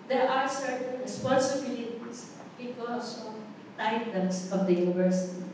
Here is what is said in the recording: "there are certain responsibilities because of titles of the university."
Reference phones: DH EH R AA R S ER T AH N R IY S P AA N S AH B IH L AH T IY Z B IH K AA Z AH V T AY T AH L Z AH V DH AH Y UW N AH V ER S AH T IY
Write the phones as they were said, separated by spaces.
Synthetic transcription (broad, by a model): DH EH R AA R S ER T AH N R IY S P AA N S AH B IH L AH T IY S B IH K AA S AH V T AY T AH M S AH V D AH Y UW N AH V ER S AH T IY